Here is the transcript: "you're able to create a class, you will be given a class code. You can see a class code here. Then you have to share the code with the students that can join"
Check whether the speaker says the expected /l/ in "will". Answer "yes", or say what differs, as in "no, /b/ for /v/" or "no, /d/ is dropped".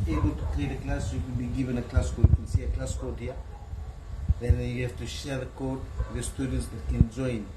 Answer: no, /n/ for /l/